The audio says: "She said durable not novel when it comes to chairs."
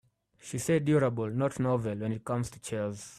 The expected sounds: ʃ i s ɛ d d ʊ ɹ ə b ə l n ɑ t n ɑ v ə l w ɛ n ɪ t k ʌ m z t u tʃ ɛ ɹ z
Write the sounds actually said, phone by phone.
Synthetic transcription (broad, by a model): ʃ i s ɛ d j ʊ ɹ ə b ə l n ɑ t n ɑ v ə l w ɛ n ɪ t k ʌ m z t u tʃ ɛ l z